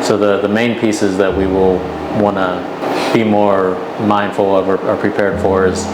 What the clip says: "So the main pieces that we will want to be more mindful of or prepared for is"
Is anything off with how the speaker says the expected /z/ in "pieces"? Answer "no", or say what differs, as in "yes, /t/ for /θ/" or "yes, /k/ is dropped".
no